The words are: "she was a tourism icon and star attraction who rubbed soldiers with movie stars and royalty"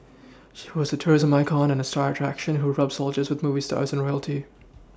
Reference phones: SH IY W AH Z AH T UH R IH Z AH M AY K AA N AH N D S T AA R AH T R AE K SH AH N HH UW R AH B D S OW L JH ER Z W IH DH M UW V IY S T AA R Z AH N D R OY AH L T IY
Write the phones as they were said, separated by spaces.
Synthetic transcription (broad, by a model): SH IY W AH Z AH T UH R IH Z AH M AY K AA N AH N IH S T AA R AH T R AE K SH AH N HH UW R AH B S OW L JH ER Z W IH DH M UW V IY S T AA R Z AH N R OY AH L T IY